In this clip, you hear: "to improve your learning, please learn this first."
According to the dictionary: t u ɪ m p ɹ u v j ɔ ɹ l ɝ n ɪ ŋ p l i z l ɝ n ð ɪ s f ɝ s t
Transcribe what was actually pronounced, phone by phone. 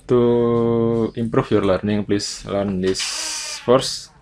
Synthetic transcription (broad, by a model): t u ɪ m p ɹ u f j ɔ ɹ l ɝ n ɪ ŋ p l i s l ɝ n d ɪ s f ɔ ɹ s